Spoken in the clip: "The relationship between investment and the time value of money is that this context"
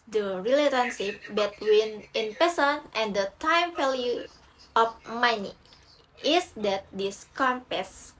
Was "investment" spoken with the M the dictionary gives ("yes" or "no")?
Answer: no